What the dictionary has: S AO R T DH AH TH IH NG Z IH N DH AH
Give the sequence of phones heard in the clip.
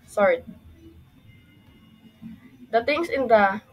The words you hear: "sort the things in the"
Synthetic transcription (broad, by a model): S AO R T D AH T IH NG S IH N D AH